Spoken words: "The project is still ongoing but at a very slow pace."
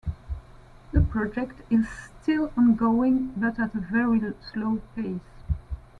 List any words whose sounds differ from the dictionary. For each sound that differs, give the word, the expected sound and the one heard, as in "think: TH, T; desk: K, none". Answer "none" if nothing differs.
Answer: none